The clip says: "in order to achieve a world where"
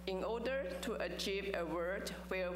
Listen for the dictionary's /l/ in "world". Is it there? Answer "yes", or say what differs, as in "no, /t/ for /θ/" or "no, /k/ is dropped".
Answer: no, /l/ is dropped